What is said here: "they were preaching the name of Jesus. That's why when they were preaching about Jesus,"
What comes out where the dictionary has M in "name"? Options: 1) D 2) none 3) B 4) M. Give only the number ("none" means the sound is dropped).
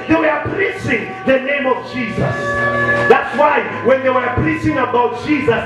4